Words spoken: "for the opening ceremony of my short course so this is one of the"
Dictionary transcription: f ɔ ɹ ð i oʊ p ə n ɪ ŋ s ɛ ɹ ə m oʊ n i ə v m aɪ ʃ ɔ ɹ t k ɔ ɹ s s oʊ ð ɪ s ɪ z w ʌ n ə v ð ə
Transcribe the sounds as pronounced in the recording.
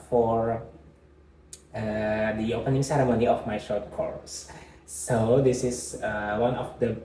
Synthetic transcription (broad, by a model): f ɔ ɹ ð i oʊ p ə n ɪ ŋ s ɛ ɹ ə m oʊ n i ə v m aɪ ʃ ɔ ɹ t k ɔ ɹ s s oʊ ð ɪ s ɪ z w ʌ n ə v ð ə